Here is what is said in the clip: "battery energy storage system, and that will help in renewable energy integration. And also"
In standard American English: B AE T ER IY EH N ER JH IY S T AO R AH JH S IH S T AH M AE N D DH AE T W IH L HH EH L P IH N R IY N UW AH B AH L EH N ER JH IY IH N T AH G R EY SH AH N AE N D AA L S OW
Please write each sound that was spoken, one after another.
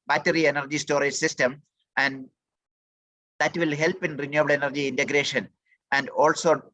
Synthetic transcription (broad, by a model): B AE T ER IY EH N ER JH IY S T AO R AH JH S IH S T AH M AE N D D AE T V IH L HH EH L P IH N R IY N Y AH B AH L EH N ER JH IY IH N T AH G R EY SH AH N AE N D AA L S OW